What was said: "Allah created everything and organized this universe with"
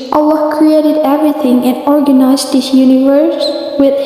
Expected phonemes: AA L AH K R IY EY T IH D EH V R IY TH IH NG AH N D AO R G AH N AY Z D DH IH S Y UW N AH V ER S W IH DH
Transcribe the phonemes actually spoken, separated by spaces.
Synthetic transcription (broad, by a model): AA L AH K R IY EY T IH D EH V R IY TH IH NG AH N AO R G AH N AY Z D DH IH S Y UW N AH V ER S W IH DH